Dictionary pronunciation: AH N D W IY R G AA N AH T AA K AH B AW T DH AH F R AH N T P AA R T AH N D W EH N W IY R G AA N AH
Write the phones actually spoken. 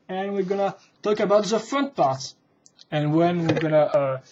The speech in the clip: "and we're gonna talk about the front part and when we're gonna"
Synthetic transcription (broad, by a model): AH N W IY R G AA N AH T AA K AH B AW T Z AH F R AH N T P AA R T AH N W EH N W IY R G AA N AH